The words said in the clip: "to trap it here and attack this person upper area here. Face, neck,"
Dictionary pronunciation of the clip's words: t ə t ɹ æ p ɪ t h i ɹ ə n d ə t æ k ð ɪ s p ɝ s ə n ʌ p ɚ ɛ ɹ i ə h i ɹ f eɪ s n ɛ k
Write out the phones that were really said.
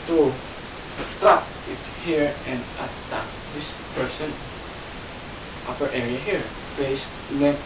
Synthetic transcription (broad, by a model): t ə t ɑ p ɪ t h i ɹ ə n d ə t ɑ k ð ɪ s p ɝ s ə n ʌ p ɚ ɛ ɹ i ə h i ɹ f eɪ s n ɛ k